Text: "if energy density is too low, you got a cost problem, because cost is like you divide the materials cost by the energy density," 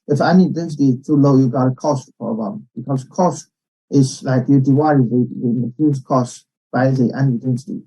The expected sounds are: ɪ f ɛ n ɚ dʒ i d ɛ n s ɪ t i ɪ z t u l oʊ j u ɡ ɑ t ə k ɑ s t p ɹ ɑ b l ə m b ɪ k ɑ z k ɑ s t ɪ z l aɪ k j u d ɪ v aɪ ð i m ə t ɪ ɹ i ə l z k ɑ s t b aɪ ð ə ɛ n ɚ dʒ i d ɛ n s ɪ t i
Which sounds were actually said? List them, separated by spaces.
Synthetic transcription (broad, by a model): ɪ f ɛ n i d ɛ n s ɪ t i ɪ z t u l oʊ j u ɡ ɑ t ə k ɑ s t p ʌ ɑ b ə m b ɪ k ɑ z k ɑ s t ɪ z l aɪ k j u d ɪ w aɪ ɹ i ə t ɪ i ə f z k ɑ s t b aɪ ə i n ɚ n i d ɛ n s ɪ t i